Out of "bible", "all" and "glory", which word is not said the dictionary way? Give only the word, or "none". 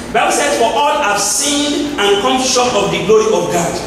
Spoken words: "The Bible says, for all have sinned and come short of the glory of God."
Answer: none